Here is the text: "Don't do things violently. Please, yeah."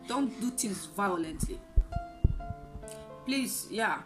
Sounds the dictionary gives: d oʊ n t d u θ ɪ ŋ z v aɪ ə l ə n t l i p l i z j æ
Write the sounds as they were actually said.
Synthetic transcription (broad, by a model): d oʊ n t d u t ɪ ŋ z v aɪ ə l ə n t l i p l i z j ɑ